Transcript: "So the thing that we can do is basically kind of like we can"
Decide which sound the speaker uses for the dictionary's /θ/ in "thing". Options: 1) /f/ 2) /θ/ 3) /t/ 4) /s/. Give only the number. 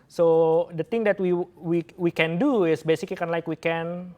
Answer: 3